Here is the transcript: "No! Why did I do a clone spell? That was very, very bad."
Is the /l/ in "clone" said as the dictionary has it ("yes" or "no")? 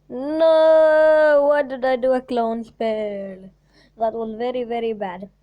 yes